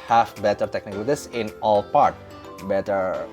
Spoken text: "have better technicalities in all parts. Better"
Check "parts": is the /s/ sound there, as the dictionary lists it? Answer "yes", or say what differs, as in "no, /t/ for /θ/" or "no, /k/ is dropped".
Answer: no, /s/ is dropped